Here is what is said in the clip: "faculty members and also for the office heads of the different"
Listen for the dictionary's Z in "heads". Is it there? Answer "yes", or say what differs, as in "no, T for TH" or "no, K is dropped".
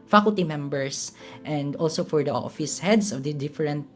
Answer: no, S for Z